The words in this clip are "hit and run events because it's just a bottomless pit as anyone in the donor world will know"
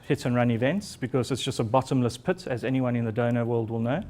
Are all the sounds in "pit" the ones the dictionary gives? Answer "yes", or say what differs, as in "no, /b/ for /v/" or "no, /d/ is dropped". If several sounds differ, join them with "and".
yes